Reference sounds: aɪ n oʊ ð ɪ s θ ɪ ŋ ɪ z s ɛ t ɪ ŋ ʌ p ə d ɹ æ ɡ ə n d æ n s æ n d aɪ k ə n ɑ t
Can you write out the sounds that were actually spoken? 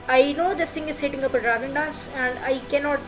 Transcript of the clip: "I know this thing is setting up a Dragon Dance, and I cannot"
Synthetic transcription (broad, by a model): aɪ n oʊ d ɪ s t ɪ ŋ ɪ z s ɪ t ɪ ŋ ʌ p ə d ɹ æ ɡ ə n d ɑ s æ n d aɪ k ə n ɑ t